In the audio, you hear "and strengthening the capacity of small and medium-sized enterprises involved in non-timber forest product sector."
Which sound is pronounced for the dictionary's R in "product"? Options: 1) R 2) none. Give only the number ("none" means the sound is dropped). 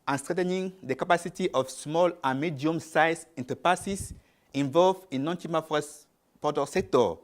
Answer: 2